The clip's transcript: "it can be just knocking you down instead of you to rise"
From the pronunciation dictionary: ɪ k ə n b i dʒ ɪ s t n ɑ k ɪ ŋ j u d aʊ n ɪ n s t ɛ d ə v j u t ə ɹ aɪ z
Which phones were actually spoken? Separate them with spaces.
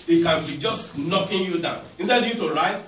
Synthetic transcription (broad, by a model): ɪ k ə n b i dʒ ɪ s t n ɑ k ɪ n j u d aʊ n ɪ n s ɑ ə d j u t ə ɹ aɪ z